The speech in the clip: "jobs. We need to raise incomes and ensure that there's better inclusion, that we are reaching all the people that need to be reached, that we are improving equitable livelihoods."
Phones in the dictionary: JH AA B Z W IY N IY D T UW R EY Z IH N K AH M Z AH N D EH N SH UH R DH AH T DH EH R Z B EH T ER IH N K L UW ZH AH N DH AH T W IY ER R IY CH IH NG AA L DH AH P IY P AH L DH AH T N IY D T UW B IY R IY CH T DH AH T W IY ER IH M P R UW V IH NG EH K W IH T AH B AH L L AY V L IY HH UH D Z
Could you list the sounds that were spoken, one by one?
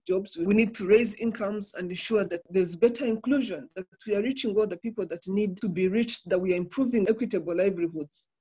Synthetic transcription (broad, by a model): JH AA B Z W IY N IY D T UW R EY Z IH N K AH M Z AH N D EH N SH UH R DH AH T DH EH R Z B EH T ER IH N K L UW ZH AH N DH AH T W IY ER R IY CH IH NG AA L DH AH P IY P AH L DH AH T N IY D T UW B IY R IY CH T DH AH T W IY ER IH M P R UW V IH NG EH K W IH T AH B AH L L AY V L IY HH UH D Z